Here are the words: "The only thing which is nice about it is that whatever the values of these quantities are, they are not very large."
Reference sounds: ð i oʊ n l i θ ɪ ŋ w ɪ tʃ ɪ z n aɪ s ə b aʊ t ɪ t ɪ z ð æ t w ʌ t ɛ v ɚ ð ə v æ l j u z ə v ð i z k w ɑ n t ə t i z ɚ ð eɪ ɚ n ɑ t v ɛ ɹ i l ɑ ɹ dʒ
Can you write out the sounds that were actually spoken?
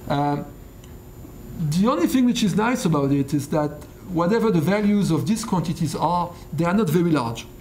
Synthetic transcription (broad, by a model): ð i oʊ n l i θ ɪ ŋ w ɪ tʃ ɪ z n aɪ s ə b aʊ t ɪ t ɪ z ð æ t w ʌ t ɛ v ɚ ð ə v æ l j u z ə v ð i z k w ɑ n t ə t i z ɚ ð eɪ ɚ n ɑ t v ɛ ɹ i l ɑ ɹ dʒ